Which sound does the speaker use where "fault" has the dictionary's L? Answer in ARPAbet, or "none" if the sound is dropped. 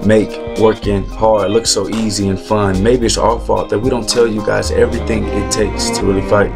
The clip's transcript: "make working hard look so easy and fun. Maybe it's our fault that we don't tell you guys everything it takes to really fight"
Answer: none